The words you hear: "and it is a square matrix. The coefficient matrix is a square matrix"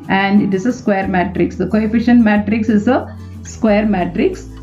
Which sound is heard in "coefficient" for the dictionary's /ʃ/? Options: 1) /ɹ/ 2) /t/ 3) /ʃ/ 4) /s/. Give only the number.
3